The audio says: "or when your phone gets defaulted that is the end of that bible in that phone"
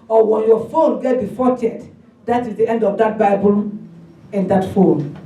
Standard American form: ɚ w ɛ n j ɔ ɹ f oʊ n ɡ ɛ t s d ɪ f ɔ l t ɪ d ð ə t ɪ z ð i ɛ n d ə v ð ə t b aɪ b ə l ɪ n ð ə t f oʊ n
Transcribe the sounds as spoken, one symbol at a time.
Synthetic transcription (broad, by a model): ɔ w ɛ n j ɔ f oʊ n ɡ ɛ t d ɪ f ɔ t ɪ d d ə t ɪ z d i ɛ n d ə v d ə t b aɪ b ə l ɪ n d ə t f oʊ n